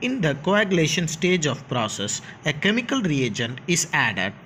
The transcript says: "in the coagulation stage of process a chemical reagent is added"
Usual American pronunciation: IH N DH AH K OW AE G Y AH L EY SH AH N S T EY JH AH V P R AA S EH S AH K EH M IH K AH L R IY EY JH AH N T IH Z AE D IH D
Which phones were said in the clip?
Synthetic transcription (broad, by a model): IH N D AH K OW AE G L EY SH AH N S T EY JH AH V P R AA S EH S AH K EH M IH K AH L R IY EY JH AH N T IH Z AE D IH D